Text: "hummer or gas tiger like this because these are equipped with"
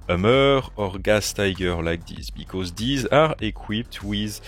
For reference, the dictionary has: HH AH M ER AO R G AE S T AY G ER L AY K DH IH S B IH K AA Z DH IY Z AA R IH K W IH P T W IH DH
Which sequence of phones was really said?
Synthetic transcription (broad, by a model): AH M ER AO R G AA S T AY G ER L AY K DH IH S B IH K AA Z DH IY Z AA R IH K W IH P T W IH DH